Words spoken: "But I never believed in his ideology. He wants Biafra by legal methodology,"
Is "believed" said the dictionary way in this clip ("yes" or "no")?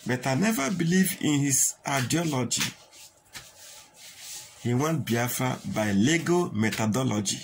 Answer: no